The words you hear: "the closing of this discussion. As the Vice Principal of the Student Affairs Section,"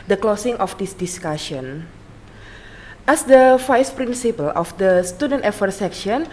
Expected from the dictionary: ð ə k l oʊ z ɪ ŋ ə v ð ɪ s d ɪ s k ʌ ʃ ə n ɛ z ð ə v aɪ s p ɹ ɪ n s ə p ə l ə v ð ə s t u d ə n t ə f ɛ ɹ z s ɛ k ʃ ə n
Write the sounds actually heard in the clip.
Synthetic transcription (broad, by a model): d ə k l oʊ s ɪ ŋ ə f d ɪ s d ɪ s k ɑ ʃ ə n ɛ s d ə f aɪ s p ɹ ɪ n s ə p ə l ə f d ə s t u d ə n t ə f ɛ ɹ s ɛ k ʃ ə n